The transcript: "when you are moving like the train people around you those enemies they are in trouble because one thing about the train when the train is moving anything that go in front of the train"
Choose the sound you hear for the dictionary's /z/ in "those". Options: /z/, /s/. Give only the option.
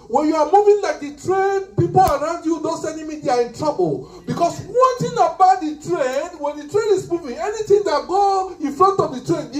/s/